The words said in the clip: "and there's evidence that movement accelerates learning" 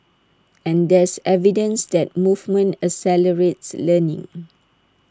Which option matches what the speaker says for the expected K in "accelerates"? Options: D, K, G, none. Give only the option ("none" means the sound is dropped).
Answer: none